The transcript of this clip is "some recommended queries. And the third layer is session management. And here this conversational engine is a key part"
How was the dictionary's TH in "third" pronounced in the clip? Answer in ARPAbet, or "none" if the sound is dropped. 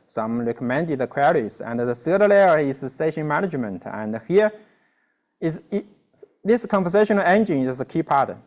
S